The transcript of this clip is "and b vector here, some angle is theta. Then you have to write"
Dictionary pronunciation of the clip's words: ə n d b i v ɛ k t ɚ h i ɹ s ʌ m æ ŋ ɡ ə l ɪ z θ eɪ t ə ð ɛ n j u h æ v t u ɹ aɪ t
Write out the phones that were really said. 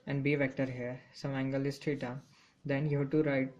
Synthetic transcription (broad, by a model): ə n d b i v ɛ k t ɚ h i ɹ s ʌ m æ ŋ ɡ ə l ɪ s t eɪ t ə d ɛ n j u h t u ɹ aɪ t